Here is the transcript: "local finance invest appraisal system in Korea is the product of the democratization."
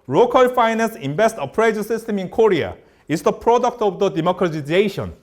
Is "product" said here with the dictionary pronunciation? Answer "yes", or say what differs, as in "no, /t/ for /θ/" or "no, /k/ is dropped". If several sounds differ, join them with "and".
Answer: yes